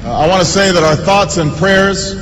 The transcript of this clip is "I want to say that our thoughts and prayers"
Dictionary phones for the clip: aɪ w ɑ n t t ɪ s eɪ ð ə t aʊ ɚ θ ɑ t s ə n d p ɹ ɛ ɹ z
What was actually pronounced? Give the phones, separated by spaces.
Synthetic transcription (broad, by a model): aɪ w ɑ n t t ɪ s eɪ ð ə t aʊ ɚ θ ɑ t s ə n p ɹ ɛ ɹ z